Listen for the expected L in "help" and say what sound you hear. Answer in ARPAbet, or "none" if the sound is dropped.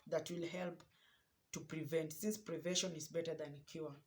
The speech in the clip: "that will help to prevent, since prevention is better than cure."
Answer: L